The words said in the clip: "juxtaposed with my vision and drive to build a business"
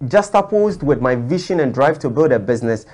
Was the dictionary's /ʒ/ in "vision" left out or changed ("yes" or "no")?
yes